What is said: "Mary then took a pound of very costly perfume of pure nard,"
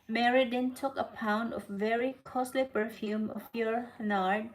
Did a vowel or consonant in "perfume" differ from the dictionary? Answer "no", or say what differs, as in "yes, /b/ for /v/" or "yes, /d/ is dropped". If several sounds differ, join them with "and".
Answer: no